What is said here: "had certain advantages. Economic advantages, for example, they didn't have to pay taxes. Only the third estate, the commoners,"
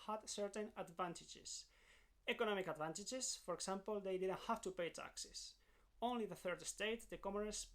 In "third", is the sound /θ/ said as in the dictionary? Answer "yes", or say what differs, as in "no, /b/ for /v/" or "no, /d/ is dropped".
yes